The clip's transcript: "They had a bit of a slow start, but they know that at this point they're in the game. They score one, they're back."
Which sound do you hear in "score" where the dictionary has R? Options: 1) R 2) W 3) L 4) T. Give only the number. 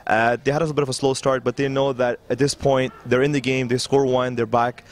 1